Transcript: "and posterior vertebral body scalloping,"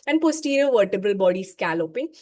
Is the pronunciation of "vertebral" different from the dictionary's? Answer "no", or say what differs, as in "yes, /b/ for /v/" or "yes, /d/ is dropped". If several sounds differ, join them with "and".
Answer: no